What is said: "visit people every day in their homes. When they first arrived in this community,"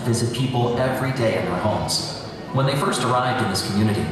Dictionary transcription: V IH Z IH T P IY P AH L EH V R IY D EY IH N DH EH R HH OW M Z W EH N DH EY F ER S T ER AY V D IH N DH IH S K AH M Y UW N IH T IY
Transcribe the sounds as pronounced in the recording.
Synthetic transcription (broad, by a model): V IH Z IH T P IY P L EH V R IY D EY IH N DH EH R HH OW M Z W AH N DH EY F ER S T ER AY V D IH N DH IH S K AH M Y UW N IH T IY